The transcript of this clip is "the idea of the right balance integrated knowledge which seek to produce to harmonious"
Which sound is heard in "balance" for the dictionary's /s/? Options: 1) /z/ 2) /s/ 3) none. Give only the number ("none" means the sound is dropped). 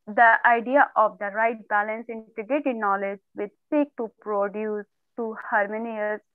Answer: 2